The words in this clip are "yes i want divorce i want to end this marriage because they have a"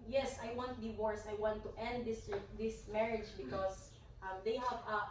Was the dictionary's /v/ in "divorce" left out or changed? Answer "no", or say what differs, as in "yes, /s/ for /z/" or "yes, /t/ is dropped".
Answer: yes, /w/ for /v/